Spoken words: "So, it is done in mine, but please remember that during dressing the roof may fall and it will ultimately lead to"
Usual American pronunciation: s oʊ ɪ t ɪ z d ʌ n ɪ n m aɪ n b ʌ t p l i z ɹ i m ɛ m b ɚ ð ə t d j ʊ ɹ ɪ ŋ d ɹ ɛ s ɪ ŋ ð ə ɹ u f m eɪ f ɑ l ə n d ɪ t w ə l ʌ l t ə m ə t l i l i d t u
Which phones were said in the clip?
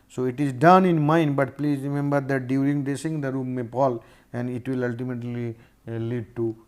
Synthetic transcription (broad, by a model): s oʊ ɪ t ɪ z d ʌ n ɪ n m aɪ n b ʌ t p l i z ɹ i m ɛ m b ɚ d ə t d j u ɹ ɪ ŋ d ɛ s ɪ ŋ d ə ɹ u m eɪ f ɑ l ə n d ɪ t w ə l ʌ l t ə m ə t l i l i d t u